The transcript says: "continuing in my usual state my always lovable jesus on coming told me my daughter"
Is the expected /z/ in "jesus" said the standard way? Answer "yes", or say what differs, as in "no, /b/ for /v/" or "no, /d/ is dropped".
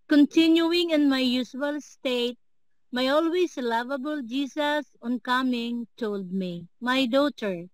no, /s/ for /z/